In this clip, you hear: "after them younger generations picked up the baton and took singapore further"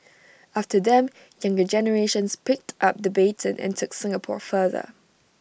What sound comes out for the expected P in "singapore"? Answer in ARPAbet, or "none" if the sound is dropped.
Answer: P